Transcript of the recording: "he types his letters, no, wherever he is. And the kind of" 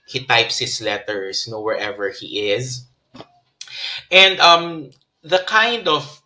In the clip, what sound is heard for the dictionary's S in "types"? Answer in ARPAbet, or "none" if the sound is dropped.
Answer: S